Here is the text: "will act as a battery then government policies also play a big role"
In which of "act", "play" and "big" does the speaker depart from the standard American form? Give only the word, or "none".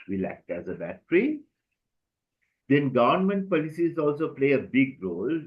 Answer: none